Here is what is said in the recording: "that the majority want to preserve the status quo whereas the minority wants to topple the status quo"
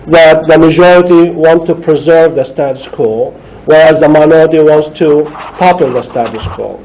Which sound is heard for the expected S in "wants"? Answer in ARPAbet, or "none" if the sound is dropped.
S